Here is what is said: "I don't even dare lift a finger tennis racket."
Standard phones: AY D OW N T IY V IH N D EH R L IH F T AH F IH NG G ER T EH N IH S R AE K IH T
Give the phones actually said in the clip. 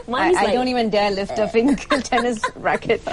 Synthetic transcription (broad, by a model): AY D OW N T IY V IH N D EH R L IH F T AH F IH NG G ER T EH N IH S R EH K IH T